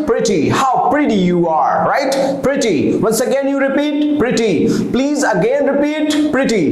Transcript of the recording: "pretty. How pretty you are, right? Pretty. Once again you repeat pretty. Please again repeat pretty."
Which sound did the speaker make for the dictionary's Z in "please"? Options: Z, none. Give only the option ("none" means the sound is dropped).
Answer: Z